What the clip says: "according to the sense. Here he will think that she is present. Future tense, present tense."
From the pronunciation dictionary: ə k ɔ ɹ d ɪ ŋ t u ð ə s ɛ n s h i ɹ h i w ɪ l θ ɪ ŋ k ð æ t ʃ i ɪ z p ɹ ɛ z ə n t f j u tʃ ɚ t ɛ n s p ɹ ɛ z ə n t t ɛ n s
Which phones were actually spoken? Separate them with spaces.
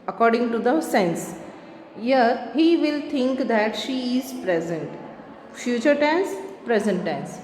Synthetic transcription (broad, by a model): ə k ɔ ɹ d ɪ ŋ t u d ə s ɛ n s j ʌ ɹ h i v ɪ l t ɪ ŋ k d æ t ʃ i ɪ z p ɹ ɛ z ə n t f j u tʃ ɚ t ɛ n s p ɹ ɛ z ə n t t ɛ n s